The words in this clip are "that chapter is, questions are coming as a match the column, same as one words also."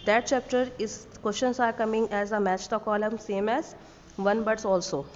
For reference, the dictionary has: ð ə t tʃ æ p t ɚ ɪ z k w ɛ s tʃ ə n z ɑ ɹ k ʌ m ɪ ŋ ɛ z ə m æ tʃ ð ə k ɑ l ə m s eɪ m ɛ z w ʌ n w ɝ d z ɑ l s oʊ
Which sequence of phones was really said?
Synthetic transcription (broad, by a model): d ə t tʃ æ p t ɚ ɪ z k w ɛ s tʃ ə n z ɑ ɹ k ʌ m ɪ ŋ ɛ z ə m æ tʃ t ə k ɑ l ə m s eɪ m ɛ z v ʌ n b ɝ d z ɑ l s oʊ